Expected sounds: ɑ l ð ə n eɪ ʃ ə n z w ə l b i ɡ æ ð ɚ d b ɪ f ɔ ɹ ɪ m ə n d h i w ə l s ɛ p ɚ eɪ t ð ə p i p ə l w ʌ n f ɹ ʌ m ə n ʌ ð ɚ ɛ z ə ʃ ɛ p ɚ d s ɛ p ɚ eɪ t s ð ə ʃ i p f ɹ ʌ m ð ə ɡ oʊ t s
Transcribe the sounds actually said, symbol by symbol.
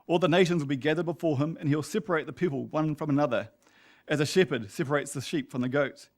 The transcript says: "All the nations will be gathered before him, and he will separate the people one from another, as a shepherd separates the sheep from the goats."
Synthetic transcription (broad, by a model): ɑ l ð ə n eɪ ʃ ə n z w ə l b i ɡ æ ð ɚ d b ɪ f ɔ ɹ ɪ m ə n h i w ə l s ɛ p ɚ eɪ t ð ə p i p ə l w ʌ n f ɹ ʌ m ə n ʌ ð ɚ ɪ z ə ʃ ɛ p ɚ d s ɛ p ɚ eɪ t s ð ə ʃ i p f ɹ ʌ m ð ə ɡ oʊ t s